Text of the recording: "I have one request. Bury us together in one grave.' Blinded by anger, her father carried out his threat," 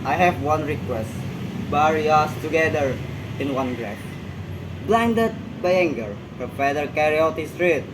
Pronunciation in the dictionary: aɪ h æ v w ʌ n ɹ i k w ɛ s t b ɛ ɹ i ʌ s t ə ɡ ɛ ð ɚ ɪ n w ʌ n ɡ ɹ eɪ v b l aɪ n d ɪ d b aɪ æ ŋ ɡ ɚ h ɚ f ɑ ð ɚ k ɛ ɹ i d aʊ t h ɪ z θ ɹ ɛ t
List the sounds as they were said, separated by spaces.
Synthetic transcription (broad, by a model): aɪ h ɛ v w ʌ n ɹ i k w ɛ s t b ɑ ɹ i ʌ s t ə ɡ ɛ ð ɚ ɪ n w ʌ n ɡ ɹ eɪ f b l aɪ n d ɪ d b aɪ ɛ ŋ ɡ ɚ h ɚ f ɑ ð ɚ k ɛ ɹ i aʊ t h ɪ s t ɹ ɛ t